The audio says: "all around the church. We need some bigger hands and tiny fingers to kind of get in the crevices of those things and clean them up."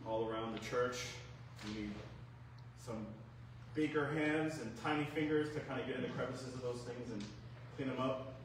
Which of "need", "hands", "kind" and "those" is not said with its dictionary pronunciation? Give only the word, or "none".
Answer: none